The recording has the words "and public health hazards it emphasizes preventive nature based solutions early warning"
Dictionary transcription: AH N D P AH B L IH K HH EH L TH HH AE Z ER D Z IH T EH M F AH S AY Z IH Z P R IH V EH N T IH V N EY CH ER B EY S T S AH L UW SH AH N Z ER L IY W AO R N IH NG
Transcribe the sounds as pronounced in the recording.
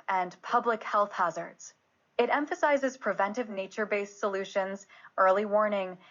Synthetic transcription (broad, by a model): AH N P AH B L IH K HH EH L TH HH AE Z ER D Z IH T EH M F AH S AY Z IH Z P R IH V EH N T IH V N EY CH ER B EY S S AH L UW SH AH N Z ER L IY W AO R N IH NG